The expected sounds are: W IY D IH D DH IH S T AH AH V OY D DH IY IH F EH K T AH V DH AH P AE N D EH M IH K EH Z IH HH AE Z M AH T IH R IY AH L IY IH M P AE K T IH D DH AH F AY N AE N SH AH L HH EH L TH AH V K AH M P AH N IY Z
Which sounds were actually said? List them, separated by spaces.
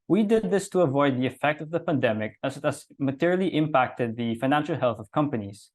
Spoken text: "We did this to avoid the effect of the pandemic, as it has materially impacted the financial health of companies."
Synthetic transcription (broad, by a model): W IY D IH D DH IH S T AH AH V OY D DH IY IH F EH K T AH V DH AH P AE N D EH M IH K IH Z IH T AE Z M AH T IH R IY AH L IY IH M P AE K T IH D DH AH F AY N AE N SH L HH EH L TH AH V K AH M P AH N IY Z